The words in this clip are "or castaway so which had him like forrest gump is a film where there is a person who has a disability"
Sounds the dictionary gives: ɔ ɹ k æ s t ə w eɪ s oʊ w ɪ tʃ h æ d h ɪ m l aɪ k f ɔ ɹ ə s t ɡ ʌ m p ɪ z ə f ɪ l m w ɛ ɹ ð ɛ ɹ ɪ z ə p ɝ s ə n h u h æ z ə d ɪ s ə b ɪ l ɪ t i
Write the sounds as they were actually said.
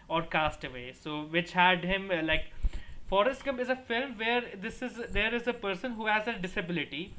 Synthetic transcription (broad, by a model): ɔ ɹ k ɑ s t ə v eɪ s oʊ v ɪ tʃ h æ d h ɪ m l aɪ k f ɔ ɹ ə s t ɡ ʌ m ɪ z ə f ɪ l m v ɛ ɹ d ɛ ɹ ɪ z ə p ɝ s ə n h u h æ z ə d ɪ s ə b ɪ l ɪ t i